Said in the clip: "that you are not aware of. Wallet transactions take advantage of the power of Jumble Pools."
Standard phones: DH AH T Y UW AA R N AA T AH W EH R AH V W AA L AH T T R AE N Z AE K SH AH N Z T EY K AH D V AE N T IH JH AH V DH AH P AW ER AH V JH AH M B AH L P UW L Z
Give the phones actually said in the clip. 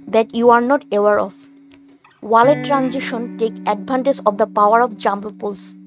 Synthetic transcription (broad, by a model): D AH T Y UW AA R N AA T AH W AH R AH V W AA L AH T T R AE N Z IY SH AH N T EY K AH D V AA N T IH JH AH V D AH P AW ER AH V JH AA M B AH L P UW L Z